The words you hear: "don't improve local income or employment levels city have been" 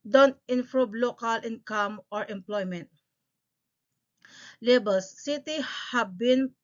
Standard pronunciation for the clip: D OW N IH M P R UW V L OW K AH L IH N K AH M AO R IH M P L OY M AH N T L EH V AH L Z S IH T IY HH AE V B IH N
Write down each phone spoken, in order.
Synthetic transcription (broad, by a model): D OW N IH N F R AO B L OW K AH L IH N K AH M AO R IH M P L OY M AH N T L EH B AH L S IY T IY HH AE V B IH N